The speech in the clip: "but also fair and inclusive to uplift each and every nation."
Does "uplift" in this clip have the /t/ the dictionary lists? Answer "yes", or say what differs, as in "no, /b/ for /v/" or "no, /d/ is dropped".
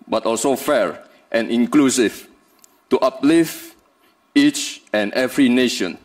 no, /t/ is dropped